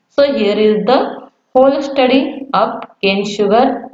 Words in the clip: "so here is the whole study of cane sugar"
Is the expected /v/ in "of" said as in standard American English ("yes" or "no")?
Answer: no